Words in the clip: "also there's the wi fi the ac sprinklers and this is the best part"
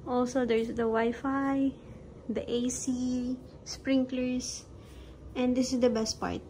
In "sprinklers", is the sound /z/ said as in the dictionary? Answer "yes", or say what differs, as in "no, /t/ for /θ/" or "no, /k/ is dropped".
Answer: no, /s/ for /z/